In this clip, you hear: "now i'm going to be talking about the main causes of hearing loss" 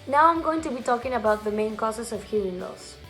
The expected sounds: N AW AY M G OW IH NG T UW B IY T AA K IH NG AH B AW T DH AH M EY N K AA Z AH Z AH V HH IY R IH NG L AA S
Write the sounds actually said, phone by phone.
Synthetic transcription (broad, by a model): N AW AY M G OW IH NG T UW B IY T AA K IH NG AH B AW T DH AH M EY N K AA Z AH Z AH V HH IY IH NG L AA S